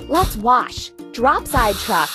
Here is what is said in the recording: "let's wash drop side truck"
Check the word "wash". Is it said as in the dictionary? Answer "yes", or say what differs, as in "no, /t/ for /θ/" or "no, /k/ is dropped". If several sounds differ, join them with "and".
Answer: yes